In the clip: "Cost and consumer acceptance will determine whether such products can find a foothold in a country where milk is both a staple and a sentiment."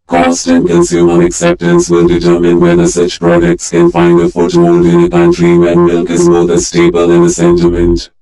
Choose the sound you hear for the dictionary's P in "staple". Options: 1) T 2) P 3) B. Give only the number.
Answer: 3